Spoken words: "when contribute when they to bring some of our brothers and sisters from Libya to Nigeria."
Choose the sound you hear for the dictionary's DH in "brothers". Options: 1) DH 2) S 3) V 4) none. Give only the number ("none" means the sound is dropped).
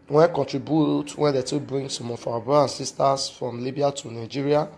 4